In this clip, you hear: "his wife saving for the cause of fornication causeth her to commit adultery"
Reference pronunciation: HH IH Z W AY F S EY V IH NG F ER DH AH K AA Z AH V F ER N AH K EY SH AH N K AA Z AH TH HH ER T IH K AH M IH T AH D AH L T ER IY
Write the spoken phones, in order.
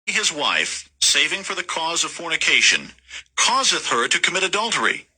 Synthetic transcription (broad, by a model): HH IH Z W AY F S EY V IH NG F ER DH AH K AA Z AH V F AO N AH K EY SH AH N K AA Z AH TH HH ER T IH K AH M IH T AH D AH L T ER IY